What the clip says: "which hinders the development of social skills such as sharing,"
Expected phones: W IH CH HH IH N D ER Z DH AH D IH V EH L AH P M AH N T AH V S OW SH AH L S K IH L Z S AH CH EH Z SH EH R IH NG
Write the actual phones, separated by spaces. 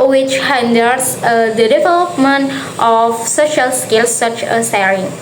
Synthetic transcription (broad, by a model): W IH CH HH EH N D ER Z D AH D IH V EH L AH P M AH N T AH F S OW SH AH L S K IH L S AH CH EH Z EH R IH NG